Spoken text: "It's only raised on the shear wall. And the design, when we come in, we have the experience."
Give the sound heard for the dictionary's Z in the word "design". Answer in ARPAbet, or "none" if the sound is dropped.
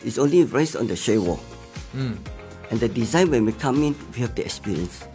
Z